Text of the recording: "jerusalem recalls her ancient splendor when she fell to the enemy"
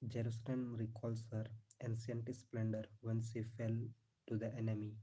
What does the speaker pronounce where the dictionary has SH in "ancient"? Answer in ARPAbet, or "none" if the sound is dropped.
S